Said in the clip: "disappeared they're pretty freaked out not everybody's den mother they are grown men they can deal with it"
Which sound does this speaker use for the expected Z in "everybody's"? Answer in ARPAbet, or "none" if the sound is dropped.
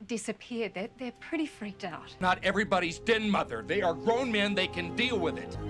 Z